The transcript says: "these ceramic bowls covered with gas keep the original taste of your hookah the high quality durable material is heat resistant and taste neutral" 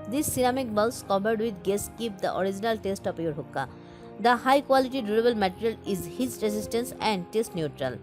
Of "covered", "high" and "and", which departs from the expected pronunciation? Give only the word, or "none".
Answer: covered